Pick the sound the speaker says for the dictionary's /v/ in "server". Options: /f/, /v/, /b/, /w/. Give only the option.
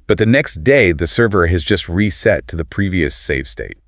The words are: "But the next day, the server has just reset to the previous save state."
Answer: /v/